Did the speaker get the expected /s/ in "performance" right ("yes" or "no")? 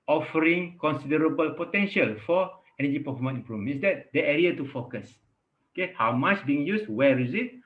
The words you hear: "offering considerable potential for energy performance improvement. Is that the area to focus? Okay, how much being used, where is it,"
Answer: no